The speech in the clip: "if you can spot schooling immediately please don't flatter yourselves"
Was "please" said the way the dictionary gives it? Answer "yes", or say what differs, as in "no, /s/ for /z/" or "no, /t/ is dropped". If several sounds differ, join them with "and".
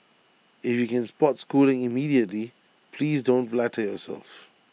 yes